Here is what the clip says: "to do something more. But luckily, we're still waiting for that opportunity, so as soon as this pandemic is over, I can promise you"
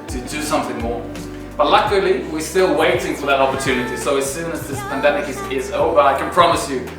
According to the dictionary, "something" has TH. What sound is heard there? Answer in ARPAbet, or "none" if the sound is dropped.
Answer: TH